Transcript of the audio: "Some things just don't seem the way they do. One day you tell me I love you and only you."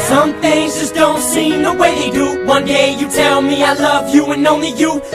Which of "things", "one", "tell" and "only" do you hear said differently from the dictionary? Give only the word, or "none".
none